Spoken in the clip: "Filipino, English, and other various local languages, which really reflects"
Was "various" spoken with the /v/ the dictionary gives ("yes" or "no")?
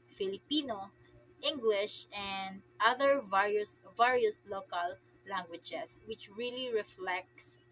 yes